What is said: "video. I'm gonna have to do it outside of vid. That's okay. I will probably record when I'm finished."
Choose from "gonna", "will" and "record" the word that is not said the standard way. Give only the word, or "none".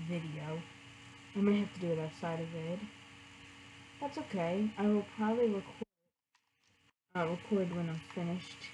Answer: gonna